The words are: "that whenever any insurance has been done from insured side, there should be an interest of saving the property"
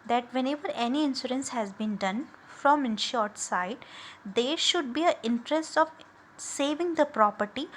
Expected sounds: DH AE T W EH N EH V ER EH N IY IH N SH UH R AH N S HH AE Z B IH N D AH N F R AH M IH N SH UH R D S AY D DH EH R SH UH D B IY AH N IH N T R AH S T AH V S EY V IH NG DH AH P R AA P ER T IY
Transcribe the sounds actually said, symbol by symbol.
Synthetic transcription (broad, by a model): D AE T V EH N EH V ER EH N IY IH N S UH R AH N S HH AE Z B IH N D AH N F R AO M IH N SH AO R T S AY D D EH R SH UH D B IY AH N IH N T R AH S T AH V S EY V IH NG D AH P R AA P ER T IY